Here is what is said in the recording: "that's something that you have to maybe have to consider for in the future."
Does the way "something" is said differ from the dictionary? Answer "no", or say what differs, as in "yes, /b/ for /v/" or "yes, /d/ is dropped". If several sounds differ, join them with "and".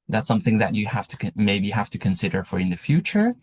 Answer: no